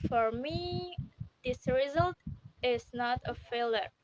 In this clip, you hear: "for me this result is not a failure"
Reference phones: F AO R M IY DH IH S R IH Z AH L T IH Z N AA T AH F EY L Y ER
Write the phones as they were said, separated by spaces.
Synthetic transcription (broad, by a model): F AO R M IY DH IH S R IH Z AH L T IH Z N AA T AH F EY L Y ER